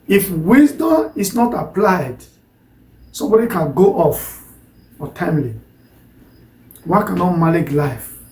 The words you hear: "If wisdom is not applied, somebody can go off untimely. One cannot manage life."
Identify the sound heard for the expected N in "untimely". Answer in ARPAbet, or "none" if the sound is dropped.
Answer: none